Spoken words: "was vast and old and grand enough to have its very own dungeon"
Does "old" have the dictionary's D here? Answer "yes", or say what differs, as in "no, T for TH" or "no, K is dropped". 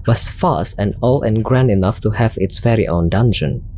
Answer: no, D is dropped